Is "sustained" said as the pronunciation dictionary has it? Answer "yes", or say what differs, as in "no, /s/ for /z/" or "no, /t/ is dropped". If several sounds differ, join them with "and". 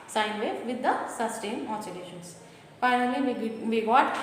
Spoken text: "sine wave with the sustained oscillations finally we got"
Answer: no, /d/ is dropped